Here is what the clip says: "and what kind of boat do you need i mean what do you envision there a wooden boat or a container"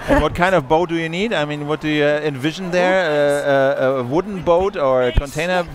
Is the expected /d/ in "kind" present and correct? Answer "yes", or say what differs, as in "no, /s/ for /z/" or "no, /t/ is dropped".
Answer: yes